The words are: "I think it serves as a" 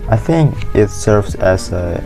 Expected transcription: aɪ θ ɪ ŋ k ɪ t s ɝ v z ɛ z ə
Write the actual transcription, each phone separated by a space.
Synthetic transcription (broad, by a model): aɪ θ ɪ ŋ k ɪ t s ɝ v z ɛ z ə